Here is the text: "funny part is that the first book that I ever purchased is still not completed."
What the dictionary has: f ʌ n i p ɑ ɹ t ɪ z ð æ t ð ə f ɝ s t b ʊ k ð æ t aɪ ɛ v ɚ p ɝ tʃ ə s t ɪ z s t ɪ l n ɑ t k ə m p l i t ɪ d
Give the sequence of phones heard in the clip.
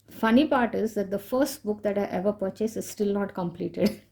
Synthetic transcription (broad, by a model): f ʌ n i p ɑ ɹ t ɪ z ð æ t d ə f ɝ s t b ʊ k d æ t aɪ ɛ v ɚ p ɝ tʃ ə s ɪ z s t ɪ l n ɑ t k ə m p l i t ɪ d